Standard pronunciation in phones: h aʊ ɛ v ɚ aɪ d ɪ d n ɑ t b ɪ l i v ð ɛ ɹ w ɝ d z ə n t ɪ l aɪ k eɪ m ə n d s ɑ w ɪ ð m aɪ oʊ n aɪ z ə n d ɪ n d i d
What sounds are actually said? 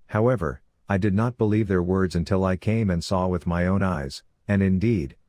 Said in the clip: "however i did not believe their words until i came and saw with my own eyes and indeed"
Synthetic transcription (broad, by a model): h aʊ ɛ v ɚ aɪ d ɪ d n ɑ t b ɪ l i v ð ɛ ɹ w ɝ d z ə n t ɪ l aɪ k eɪ m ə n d s ɑ w ɪ ð m aɪ oʊ n aɪ z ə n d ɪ n d i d